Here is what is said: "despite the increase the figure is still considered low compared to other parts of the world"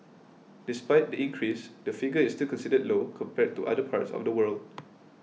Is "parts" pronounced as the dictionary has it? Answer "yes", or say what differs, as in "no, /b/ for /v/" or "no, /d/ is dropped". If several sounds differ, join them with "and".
yes